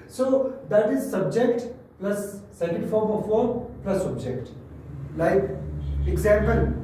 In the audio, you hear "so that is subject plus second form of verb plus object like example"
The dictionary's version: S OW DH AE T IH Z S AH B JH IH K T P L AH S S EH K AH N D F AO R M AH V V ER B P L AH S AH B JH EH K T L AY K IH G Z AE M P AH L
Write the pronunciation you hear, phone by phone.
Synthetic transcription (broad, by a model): S OW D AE T IH Z S AH B JH IH K T P L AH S S EH K AH N D F AO R M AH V F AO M P L AH S AH B JH EH K T L AY K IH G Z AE M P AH L